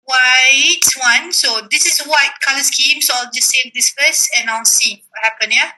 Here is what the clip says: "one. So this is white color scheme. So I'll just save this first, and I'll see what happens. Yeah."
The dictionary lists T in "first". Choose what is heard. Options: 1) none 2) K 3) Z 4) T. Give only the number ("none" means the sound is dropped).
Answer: 1